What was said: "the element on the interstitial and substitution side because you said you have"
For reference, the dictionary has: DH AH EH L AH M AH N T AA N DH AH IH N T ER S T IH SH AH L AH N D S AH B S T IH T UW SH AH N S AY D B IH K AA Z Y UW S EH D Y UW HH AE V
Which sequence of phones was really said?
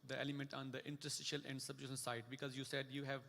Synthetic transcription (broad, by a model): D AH EH L AH M AH N T AA N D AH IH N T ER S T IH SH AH L AH N D S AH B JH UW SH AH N S AY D B IH K AA Z Y UW S EH D Y UW HH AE V